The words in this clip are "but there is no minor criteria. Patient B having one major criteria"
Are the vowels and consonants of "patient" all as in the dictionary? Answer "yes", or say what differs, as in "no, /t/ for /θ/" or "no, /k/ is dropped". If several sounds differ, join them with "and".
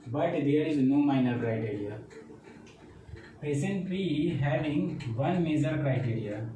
no, /s/ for /ʃ/